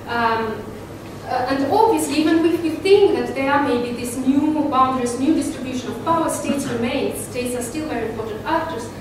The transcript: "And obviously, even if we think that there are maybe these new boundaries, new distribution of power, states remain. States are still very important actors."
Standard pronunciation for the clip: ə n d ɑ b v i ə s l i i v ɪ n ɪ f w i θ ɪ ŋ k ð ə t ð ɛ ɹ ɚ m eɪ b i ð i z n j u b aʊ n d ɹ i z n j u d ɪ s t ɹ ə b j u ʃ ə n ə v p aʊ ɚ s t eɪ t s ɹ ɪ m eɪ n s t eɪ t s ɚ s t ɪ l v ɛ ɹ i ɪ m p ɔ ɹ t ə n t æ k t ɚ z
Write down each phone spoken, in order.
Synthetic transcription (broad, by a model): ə n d ɑ b v i ə s l i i v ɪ n ɪ f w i θ ɪ ŋ k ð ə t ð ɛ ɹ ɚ m eɪ b i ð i s n j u b aʊ n d ɹ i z n j u d ɪ s t ɹ ə b j u ʃ ə n ə v p aʊ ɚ s t eɪ t s ɹ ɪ m eɪ n s t eɪ t s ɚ s t ɪ l v ɛ ɹ i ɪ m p ɔ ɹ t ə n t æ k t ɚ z